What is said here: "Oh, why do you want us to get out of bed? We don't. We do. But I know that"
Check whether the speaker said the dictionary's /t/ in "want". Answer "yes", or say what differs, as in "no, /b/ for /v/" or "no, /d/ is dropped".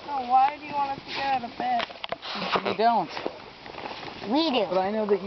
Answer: no, /t/ is dropped